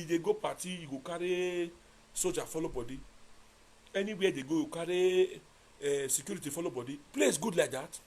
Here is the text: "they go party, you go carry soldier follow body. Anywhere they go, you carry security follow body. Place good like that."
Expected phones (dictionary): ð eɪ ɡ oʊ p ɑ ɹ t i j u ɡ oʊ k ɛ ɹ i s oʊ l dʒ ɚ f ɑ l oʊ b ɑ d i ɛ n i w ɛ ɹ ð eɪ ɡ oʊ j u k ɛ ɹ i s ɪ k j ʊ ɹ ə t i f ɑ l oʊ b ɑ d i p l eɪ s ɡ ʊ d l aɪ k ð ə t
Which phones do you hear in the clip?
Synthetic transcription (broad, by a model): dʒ eɪ ɡ oʊ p ɑ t i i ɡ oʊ k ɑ ɹ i s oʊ dʒ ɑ f ɑ l oʊ b ɑ d i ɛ n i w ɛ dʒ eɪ ɡ oʊ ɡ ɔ k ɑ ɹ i s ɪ k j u ɹ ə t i f ɑ l oʊ b ɑ d i p l eɪ s ɡ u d l aɪ k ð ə t